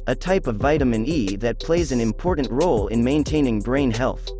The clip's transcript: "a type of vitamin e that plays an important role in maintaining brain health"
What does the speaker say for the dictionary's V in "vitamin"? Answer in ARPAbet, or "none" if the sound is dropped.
V